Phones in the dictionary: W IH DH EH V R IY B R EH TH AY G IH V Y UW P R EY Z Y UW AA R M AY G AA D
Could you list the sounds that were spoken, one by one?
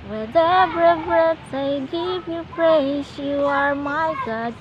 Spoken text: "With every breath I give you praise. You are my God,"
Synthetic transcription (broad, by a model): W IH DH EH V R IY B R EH T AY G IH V Y UW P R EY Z Y UW AA R M AY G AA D